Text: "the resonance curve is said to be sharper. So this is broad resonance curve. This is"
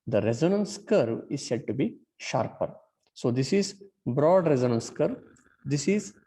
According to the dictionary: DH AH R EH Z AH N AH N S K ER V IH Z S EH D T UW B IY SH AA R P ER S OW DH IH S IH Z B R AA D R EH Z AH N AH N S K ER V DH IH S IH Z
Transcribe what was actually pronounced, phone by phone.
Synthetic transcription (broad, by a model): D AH R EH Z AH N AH N S K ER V IH Z S EH D T UW B IY SH AA R P ER S OW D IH S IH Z B R AA D R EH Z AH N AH N S K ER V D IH S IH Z